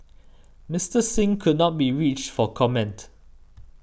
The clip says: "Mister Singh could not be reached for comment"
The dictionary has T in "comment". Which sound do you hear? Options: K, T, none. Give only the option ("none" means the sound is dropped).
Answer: T